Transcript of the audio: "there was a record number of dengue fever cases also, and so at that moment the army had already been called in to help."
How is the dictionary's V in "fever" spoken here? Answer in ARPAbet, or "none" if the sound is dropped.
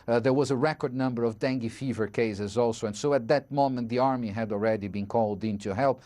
V